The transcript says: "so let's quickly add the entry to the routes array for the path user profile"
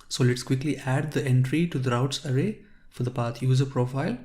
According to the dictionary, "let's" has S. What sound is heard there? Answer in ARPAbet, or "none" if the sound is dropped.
S